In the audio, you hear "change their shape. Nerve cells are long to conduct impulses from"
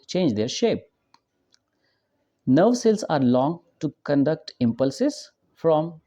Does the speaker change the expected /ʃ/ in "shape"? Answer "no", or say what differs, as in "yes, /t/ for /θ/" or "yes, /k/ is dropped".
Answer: no